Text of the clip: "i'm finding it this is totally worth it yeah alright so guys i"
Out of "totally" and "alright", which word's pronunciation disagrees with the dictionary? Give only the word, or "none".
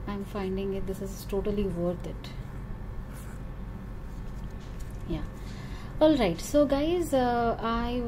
none